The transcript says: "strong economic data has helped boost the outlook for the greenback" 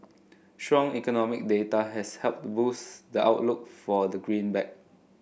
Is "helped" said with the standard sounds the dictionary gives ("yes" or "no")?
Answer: yes